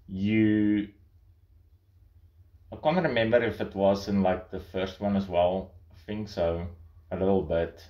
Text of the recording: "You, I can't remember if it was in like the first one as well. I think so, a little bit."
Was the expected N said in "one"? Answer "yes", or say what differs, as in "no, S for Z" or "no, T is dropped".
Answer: yes